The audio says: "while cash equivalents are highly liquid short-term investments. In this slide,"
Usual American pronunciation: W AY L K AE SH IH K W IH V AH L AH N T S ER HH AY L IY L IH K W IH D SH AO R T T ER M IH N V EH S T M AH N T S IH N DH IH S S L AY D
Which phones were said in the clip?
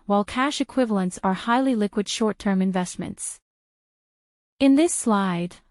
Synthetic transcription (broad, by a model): W AY L K AE SH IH K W IH V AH L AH N T S ER HH AY L IY L IH K W IH D SH AO R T T ER M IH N V EH S T M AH N T S IH N DH IH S S L AY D